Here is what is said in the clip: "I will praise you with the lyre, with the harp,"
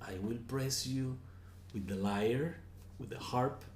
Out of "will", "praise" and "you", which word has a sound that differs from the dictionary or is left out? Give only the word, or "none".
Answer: praise